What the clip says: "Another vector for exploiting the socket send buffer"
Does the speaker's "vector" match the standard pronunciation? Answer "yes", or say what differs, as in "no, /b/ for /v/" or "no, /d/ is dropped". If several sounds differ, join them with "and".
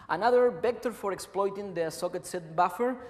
no, /b/ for /v/